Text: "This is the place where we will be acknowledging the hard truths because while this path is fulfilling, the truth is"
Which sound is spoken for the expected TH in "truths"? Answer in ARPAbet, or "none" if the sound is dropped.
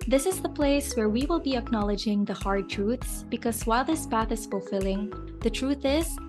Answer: TH